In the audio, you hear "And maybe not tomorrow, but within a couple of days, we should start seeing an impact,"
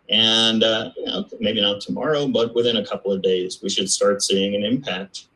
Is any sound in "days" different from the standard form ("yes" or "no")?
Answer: no